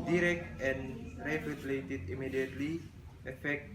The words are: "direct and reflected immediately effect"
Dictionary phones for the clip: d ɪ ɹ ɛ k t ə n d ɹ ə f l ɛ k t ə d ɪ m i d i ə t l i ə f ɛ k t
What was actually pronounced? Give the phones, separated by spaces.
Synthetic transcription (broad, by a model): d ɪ ɹ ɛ k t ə n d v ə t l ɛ t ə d ɪ m i d i ə t l i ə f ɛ k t